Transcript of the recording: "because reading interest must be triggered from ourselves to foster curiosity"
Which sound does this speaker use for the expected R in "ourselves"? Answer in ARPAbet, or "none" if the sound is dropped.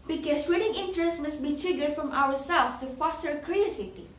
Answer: W